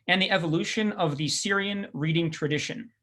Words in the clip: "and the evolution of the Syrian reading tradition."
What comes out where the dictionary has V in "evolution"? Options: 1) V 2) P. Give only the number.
1